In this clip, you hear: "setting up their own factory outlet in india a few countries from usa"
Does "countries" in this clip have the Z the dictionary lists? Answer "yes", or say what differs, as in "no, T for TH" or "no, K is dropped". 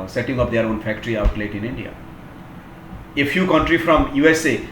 no, Z is dropped